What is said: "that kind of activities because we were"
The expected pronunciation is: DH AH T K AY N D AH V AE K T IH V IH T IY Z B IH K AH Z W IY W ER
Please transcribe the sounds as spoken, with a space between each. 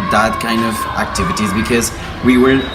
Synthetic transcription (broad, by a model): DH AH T K AY N D AH V AE K T IH V IH T IY Z B IH K AH Z W IY W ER